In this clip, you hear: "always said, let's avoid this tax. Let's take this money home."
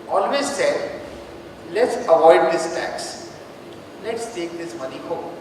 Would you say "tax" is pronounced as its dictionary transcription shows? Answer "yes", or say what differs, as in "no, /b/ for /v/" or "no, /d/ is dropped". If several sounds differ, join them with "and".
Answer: yes